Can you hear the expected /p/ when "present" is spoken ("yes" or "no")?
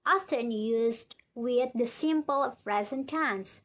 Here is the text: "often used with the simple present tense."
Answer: no